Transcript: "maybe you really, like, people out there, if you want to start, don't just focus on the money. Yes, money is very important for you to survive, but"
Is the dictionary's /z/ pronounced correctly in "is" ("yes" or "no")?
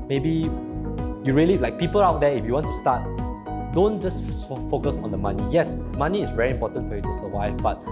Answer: no